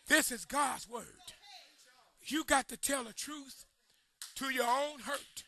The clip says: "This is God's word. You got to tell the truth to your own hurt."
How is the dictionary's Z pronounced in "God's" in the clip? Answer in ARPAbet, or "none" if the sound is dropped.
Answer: Z